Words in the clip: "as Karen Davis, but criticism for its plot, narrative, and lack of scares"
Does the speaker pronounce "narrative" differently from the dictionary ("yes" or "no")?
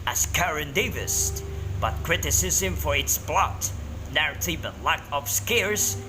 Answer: yes